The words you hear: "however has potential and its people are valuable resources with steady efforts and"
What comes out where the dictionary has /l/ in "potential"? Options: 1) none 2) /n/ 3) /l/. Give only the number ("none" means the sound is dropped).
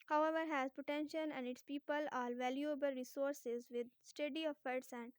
2